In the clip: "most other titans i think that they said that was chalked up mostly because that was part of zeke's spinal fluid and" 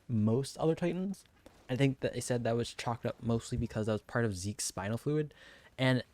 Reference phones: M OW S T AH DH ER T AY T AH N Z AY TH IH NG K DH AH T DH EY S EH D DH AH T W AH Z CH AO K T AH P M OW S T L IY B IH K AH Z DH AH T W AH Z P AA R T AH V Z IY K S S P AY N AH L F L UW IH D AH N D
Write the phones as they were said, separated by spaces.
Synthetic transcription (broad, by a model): M OW S T AH DH ER T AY T N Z AY TH IH NG K DH AH T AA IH S EH D DH AH T W AH Z CH AO K T AH P M OW S T L IY B IH K AH Z DH AH T W AH Z P AA R T AH V Z IY K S S P AY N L F L UW IH D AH N